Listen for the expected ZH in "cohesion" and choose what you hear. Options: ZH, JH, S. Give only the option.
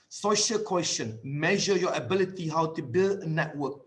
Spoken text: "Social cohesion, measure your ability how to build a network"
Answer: S